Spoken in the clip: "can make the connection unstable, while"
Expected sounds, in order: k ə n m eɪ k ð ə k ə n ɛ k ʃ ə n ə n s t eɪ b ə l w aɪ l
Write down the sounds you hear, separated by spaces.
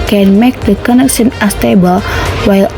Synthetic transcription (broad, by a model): k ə n m eɪ k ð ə k ə n ɛ k ʃ ə n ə s t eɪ b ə l w aɪ l